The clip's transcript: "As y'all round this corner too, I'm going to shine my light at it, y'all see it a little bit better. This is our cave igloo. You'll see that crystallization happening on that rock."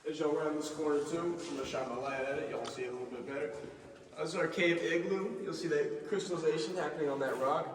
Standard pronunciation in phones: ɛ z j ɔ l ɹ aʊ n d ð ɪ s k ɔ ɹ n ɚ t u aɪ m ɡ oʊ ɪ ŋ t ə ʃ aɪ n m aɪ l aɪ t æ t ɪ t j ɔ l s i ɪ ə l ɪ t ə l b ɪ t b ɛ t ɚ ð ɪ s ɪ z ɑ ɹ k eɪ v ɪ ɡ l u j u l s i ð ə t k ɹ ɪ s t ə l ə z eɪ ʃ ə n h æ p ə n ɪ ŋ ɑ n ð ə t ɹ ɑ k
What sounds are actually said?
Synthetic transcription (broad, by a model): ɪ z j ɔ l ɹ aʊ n ð ɪ s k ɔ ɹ ɚ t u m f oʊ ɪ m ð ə ʃ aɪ m aɪ l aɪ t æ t ɪ t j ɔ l s i ɪ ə l ɪ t l b ɪ t b ɛ t ɚ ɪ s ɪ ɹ k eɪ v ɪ ɡ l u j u l s i ð ə t k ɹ ɪ s t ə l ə z eɪ ʃ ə n h æ p ə n ɪ ŋ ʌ n ð ə t ɹ ɑ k